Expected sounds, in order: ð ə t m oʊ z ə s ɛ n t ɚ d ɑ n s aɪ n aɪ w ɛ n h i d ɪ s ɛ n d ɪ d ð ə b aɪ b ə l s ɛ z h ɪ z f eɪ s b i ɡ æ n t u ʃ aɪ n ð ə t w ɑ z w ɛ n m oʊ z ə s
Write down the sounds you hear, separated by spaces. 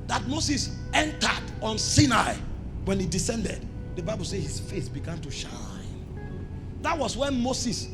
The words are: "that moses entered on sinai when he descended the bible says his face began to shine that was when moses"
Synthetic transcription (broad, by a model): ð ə t m oʊ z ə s ɛ n t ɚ d ɑ n s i n aɪ w ɛ n h i d ɪ s ɛ n d ɪ d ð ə b aɪ b ə l s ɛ h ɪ s f eɪ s b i ɡ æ n t u ʃ aɪ n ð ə t w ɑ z w ɛ n m oʊ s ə s